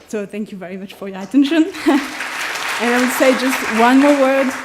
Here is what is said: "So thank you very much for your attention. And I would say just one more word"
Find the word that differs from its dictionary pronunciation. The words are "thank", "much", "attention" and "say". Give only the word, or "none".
none